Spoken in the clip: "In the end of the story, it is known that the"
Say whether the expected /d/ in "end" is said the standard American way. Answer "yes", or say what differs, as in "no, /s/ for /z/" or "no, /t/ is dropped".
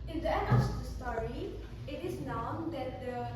no, /d/ is dropped